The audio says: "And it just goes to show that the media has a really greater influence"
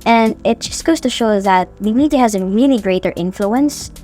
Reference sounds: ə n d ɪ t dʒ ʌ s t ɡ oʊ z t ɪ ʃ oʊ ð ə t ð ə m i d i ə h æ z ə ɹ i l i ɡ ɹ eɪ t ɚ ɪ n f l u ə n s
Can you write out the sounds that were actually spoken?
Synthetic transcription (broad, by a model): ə n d ɪ t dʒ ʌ s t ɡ oʊ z t ɪ ʃ oʊ ð ə t ð ə m i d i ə h æ z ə ɹ i l i ɡ ɹ eɪ t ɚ ɪ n f l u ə n s